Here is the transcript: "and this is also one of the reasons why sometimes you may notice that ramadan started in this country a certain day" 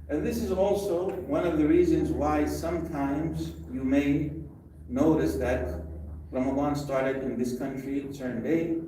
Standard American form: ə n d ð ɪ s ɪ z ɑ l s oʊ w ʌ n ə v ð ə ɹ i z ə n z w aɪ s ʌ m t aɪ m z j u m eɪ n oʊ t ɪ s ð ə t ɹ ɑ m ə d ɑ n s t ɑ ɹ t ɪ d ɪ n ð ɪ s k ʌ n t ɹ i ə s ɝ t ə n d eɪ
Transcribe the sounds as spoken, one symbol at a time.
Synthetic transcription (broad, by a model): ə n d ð ɪ s ɪ z ɑ l s oʊ w ʌ n ə v ð ə ɹ i z ə n z w aɪ s ʌ m t aɪ m z j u m eɪ n oʊ t ɪ s ð ə t ɹ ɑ m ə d ɑ n s t ɑ ɹ t ɪ d ɪ n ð ɪ s k ʌ n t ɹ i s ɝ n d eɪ